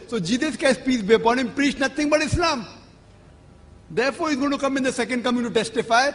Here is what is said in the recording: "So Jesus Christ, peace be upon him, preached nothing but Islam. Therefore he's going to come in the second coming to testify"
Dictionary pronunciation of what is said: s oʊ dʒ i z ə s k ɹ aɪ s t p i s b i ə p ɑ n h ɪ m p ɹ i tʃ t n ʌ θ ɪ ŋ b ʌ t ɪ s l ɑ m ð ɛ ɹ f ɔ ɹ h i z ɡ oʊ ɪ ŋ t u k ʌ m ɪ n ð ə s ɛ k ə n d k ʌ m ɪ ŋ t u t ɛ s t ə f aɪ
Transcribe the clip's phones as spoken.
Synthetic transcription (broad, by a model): s oʊ dʒ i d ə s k aɪ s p i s b i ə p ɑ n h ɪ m p ɹ i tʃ n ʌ t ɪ ŋ b ʌ t ɪ s l ɑ m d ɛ ɹ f ɔ ɹ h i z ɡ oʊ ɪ t u k ʌ m ɪ n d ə s ɛ k ə n d k ʌ m ɪ ŋ t u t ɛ s t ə f aɪ